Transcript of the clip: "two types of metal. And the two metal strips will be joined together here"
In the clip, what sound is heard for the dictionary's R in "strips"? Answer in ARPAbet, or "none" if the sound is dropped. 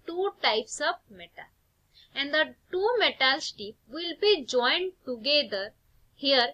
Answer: none